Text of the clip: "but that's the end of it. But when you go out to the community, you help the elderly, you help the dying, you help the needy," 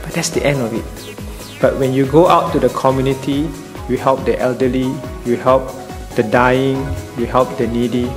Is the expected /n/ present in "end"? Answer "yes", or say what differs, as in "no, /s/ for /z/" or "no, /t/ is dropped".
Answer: yes